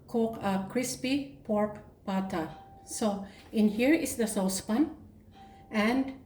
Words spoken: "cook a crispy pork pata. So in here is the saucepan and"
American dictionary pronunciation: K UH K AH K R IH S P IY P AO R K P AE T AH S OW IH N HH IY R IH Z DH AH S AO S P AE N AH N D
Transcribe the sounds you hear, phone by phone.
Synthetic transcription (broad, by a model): K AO K AH K R IH S P IY P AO R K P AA T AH S OW IH N HH IY R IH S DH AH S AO S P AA N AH N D